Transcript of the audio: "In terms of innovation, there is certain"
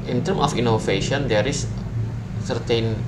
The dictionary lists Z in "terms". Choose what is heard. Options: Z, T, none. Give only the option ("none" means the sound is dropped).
none